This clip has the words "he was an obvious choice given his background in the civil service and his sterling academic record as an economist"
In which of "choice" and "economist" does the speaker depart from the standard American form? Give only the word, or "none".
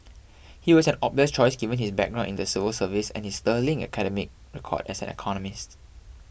none